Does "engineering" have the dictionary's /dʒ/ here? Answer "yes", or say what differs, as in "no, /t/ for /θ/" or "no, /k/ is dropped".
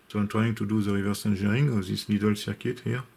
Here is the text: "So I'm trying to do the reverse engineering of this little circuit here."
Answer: no, /ʒ/ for /dʒ/